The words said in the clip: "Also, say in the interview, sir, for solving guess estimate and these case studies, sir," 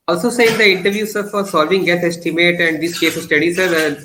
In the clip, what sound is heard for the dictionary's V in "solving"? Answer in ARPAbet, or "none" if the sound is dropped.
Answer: V